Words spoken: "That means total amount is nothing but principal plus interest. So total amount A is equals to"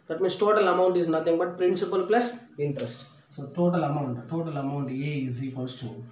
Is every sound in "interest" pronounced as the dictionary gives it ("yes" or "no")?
yes